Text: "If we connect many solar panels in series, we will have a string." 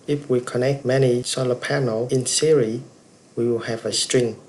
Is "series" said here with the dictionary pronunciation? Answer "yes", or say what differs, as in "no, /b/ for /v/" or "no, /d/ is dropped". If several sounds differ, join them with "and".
no, /z/ is dropped